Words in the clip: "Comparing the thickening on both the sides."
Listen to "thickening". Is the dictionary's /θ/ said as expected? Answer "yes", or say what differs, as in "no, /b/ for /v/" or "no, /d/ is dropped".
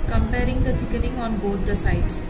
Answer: no, /t/ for /θ/